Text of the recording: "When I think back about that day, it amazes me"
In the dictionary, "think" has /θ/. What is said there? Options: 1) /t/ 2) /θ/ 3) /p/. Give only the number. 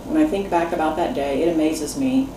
2